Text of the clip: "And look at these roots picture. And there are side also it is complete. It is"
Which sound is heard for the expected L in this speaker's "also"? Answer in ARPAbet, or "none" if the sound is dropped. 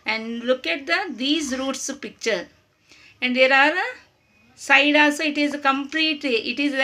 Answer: none